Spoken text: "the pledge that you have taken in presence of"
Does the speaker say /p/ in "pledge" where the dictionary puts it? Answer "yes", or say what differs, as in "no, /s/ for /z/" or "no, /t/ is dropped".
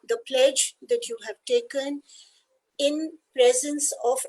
yes